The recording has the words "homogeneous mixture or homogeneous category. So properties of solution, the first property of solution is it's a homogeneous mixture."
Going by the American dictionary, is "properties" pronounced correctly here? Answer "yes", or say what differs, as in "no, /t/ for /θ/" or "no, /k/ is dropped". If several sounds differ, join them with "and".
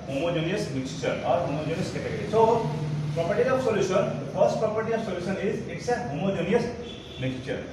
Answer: no, /z/ is dropped